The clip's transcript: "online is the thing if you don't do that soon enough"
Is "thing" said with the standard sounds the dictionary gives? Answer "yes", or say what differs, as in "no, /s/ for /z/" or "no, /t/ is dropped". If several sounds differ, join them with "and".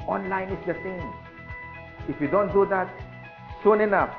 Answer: no, /s/ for /θ/